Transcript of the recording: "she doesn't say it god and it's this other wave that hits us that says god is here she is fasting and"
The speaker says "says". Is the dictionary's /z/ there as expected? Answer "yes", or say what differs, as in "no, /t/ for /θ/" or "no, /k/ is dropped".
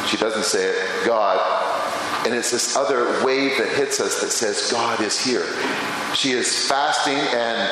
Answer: yes